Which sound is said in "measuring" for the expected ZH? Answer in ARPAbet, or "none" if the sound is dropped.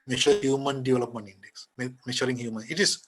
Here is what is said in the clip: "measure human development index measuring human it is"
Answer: SH